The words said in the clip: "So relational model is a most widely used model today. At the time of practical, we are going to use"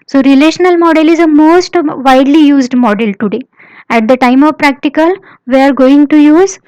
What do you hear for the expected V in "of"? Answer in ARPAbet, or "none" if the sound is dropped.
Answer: V